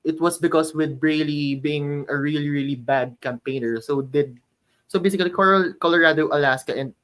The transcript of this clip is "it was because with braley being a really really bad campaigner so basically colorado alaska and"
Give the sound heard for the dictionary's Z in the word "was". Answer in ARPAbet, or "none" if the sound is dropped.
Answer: S